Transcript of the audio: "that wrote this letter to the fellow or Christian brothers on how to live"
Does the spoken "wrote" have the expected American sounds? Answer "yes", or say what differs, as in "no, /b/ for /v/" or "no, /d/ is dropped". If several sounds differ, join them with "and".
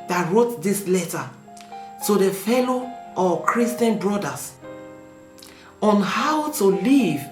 yes